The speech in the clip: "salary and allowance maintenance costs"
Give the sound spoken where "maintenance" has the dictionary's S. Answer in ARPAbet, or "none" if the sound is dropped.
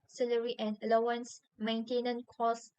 none